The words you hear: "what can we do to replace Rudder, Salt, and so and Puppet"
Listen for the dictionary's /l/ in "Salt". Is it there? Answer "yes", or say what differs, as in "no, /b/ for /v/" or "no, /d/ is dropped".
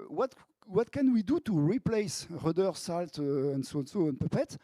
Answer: yes